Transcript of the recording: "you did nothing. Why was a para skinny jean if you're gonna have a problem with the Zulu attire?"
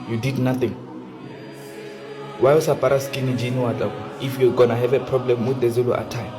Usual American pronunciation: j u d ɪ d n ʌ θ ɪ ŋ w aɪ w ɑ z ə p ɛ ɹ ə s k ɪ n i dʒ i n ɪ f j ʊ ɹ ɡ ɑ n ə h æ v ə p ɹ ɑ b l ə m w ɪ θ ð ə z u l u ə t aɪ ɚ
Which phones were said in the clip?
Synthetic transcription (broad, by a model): j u d ɪ d n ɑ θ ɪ ŋ w aɪ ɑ s ə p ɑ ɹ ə s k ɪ n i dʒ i n ɪ f j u ɡ ɑ n ə h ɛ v ə p ɹ ɑ b l ə m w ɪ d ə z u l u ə t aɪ